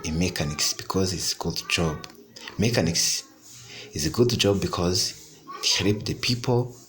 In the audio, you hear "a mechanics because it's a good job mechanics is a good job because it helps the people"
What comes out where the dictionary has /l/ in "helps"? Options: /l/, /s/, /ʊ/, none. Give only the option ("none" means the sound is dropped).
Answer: none